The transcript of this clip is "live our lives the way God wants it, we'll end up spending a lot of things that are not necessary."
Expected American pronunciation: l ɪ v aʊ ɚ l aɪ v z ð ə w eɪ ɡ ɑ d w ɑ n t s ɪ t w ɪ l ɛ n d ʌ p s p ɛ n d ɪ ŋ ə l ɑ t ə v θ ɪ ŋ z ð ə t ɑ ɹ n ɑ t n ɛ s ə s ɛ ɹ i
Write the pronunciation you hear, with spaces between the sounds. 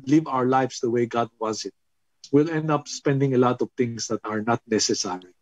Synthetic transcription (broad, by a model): l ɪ v aʊ ɚ l aɪ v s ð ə w eɪ ɡ ɑ d w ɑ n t s ɪ t w ɪ l ɛ n d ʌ p s p ɛ n d ɪ ŋ ə l ɑ t ə v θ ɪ ŋ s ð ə t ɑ ɹ n ɑ t n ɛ s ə s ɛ ɹ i